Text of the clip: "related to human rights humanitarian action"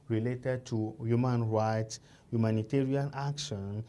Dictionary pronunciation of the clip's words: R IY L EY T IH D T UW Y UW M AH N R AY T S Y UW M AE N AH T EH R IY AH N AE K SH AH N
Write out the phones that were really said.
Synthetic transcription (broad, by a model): R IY L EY T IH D T UW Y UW M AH N R AY T S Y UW M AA N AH T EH R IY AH N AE K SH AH N